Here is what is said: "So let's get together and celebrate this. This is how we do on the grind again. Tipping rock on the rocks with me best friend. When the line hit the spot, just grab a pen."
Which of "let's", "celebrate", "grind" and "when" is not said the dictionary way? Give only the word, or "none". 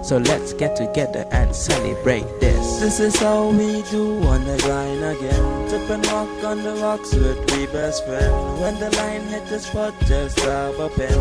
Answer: grind